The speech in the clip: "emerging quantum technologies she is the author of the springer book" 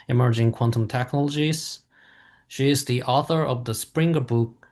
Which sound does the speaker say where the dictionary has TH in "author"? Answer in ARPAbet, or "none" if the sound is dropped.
TH